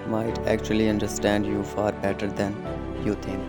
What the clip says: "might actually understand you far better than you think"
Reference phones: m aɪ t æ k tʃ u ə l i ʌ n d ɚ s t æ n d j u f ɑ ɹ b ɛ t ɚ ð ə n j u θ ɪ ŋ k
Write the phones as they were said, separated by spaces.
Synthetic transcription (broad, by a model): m aɪ t æ k tʃ u ə l i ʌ n d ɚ s t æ n d j u f ɑ ɹ b ɛ t ɚ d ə n j u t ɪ ŋ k